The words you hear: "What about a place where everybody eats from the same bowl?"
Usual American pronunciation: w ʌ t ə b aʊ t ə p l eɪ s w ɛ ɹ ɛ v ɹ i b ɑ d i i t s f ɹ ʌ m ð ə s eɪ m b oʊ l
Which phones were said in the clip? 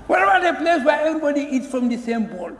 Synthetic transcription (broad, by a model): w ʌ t ə b aʊ t ə p l eɪ s w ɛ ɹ ɛ v ɹ i b ɑ d i i t s f ɹ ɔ m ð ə s eɪ m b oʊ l